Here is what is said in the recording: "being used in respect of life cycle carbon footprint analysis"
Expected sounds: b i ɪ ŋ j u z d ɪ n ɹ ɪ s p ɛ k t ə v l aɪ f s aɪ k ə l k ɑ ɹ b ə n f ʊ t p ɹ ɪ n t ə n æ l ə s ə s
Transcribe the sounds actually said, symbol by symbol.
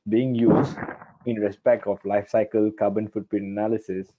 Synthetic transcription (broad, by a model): b i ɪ ŋ j u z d ɪ n ɹ ɪ s p ɛ k t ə f l aɪ f s aɪ k ə l k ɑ b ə n f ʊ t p ɪ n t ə n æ l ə s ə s